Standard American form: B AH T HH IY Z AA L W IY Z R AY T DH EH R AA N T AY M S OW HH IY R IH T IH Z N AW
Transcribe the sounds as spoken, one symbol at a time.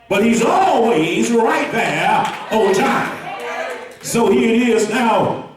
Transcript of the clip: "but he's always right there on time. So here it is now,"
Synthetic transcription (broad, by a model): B AH T HH IY Z AA L W IY Z R AY T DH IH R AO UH T AY M S OW HH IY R IH T IH Z N AW